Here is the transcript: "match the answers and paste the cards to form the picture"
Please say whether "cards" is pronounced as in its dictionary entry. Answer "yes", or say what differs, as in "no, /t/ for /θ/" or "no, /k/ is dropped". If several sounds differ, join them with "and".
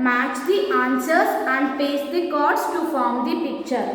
no, /s/ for /z/